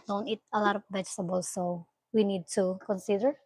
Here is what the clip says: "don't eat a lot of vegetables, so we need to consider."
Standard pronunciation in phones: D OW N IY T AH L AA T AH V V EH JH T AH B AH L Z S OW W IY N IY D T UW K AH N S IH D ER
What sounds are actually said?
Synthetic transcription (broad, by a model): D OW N IY T AH L AA T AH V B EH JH S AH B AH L S OW W IY N IY D T UW K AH N S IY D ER